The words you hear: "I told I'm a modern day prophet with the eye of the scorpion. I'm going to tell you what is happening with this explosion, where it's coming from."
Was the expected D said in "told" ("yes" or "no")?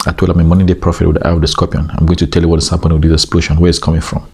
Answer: no